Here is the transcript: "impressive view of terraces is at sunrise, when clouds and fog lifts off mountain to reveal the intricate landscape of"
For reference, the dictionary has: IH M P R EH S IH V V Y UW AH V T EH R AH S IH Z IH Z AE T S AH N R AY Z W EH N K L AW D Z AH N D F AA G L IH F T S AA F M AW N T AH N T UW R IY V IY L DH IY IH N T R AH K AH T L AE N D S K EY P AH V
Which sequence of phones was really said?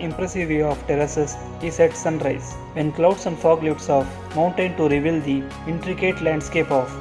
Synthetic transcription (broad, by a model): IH M P R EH S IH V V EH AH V T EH R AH S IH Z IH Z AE T S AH N R AY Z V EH N K L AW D S AH N D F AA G L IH T S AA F M AW N T AH N T UW R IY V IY L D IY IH N T R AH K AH T L AE N D S K EY P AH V